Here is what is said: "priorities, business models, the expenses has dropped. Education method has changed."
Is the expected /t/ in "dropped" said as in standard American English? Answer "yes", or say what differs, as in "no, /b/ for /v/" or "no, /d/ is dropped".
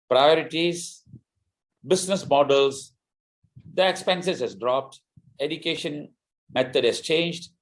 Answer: yes